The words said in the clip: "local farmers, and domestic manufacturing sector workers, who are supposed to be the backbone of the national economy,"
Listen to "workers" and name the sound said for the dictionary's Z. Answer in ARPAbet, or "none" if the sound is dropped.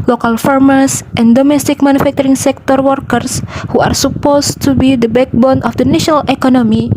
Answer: S